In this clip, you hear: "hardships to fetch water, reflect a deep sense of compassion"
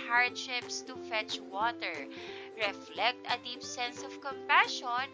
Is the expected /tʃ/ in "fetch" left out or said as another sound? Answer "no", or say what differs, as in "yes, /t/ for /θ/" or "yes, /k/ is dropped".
no